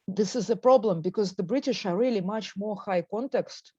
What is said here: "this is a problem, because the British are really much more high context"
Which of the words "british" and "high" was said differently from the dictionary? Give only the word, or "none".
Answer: none